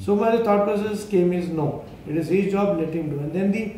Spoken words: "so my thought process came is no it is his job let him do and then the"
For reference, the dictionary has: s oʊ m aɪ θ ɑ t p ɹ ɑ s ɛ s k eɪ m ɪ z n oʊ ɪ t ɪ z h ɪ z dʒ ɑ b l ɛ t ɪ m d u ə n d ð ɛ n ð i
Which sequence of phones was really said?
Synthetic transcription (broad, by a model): s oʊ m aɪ t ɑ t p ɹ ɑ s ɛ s k eɪ m ɪ z n oʊ ɪ t ɪ z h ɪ dʒ ɑ b n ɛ t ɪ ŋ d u ə n d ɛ n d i